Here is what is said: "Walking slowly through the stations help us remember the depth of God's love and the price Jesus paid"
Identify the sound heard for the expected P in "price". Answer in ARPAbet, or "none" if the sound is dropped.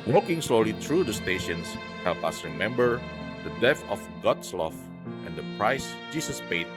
P